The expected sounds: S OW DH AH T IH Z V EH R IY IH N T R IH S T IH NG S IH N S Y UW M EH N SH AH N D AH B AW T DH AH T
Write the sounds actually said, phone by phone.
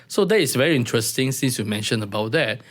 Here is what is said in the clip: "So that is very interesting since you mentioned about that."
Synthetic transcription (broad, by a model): S OW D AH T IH S V EH R IY IH N T R IH S T IH NG S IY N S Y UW M EH N SH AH N AH B AW T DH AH T